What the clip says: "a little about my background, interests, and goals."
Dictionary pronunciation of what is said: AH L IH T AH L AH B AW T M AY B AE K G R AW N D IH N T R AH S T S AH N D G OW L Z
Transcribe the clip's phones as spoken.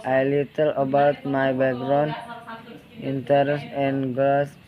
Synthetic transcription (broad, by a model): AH L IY T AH L AH B AW T M AY B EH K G R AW N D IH N T AH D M S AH N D G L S